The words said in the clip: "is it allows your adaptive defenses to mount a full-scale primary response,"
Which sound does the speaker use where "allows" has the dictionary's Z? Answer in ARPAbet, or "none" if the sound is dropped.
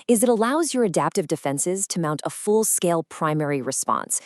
Z